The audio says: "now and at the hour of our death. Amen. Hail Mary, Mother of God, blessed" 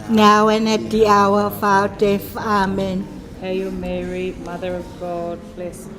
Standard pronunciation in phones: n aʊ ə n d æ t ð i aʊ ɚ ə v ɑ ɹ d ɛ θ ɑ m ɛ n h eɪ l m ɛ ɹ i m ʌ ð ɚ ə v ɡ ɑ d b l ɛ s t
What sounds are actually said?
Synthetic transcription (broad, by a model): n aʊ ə n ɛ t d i aʊ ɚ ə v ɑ w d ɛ f ɑ m ɛ n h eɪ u m ɛ ɹ i m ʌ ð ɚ ə v ɡ ɑ d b l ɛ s